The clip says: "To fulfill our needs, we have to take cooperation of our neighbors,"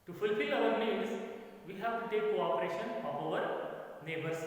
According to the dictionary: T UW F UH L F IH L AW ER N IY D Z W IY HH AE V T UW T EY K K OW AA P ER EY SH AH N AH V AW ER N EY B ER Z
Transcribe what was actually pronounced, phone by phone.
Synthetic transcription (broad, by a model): T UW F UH L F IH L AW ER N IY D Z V IY HH AE V T UW T EY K K OW AA P ER EY SH AH N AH P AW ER N EY B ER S